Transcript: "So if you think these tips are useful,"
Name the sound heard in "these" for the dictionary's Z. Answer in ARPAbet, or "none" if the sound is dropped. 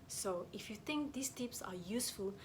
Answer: S